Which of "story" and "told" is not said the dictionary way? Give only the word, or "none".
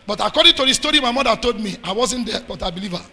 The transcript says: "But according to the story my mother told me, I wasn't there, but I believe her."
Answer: none